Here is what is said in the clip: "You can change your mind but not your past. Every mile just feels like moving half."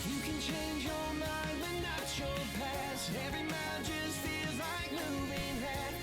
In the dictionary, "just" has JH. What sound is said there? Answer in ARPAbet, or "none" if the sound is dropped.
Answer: JH